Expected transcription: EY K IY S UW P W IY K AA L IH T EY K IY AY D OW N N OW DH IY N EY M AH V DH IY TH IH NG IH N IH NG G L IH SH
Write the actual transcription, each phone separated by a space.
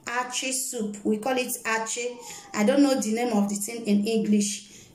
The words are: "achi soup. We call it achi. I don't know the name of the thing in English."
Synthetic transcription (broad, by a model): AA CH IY S UW P W IY K AA L IH T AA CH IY AY D OW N N OW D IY N EY M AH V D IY T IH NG IH N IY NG G L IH SH